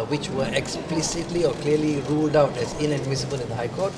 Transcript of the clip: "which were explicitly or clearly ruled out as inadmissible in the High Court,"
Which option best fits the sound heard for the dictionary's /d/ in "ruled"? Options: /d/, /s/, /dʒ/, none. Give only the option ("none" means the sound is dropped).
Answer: /d/